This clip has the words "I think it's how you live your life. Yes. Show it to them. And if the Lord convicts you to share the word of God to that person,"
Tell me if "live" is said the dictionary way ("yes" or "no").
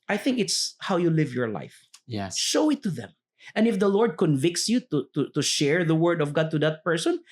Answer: yes